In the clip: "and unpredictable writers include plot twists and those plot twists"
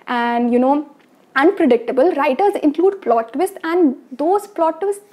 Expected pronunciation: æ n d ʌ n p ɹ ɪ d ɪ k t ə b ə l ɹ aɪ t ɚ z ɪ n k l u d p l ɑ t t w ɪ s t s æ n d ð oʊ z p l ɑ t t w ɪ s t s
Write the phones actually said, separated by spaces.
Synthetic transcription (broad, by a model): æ n d ʌ n p ɹ ɪ d ɪ k t ə b ə l ɹ aɪ t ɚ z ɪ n k l u d p l ɑ t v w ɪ s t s æ n d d oʊ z p l ɑ t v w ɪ s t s